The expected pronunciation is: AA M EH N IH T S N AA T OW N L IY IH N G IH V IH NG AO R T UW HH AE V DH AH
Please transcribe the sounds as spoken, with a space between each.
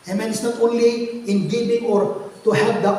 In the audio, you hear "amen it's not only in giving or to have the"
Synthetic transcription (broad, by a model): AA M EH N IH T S N AA T OW N L IY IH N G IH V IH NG AO R T UW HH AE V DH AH